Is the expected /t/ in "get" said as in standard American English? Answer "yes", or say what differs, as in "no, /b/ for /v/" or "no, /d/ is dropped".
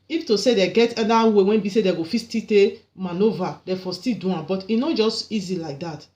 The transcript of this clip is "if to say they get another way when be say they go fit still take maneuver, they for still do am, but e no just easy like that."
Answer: yes